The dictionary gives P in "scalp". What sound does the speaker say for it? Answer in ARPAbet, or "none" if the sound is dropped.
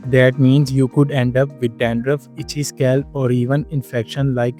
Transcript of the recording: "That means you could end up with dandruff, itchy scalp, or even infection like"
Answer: none